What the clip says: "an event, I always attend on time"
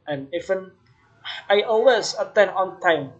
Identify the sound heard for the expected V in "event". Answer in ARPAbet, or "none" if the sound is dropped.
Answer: F